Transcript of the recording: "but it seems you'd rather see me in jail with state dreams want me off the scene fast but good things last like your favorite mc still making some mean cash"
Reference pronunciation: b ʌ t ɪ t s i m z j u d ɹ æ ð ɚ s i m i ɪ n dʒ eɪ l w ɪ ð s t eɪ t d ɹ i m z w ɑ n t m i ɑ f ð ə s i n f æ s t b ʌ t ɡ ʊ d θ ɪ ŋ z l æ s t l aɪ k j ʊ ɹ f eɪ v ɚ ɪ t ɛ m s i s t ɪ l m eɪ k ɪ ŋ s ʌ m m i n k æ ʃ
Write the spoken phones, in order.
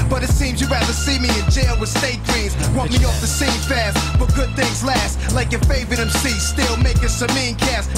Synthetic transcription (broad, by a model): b ʌ t ɪ t s i m z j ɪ ɹ æ ð ɚ s i m i ɪ n dʒ eɪ l w ɪ ð s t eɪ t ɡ ɹ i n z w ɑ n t m i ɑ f ð ə s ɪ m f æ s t b ʌ t ɡ ʊ d θ ɪ ŋ z l æ s t l aɪ k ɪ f eɪ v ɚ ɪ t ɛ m s i s t ɪ l m eɪ k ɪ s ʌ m m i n k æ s